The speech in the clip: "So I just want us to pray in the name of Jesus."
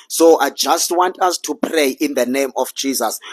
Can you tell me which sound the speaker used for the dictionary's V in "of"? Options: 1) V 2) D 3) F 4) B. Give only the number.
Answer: 3